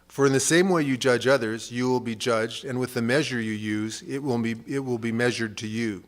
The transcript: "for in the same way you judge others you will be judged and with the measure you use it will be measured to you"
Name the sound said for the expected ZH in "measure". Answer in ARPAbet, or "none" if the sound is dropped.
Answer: ZH